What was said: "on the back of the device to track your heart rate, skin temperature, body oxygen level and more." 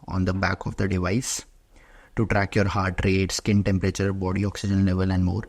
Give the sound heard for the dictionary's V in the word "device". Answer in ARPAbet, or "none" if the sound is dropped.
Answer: V